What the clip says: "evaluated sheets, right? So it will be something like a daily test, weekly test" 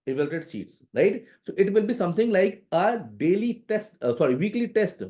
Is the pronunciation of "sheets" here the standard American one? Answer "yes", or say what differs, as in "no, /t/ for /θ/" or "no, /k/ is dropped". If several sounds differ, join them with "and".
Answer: no, /s/ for /ʃ/